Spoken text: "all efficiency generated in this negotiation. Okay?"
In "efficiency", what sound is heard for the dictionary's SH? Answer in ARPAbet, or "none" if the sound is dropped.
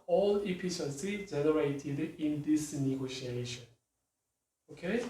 S